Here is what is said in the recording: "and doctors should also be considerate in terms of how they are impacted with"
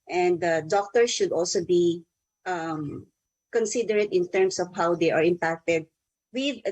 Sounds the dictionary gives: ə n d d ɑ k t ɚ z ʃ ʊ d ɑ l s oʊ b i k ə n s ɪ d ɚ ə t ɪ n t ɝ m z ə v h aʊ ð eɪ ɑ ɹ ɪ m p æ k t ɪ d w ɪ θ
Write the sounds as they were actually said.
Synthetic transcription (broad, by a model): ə n d d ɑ k t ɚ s ʃ ʊ d ɑ l s oʊ b i k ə n s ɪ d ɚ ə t ɪ n t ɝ m s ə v h aʊ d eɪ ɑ ɹ ɪ m p æ k t ɪ d w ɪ